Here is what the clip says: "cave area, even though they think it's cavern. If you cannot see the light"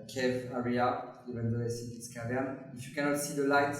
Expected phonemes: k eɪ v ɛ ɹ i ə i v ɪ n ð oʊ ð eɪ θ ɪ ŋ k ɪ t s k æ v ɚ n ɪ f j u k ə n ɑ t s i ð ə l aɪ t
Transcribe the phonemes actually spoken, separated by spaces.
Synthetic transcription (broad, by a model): k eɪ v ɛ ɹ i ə i v ɪ n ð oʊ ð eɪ s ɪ k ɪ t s k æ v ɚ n ɪ f j u k ə n ɑ t s i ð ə l aɪ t